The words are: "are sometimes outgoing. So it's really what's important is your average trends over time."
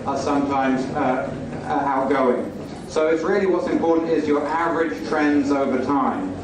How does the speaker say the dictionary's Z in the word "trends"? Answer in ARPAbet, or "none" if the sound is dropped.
Z